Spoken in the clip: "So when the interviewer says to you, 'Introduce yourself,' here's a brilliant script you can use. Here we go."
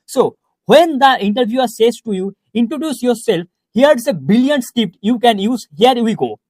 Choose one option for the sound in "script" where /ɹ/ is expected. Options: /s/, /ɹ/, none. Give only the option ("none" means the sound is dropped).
none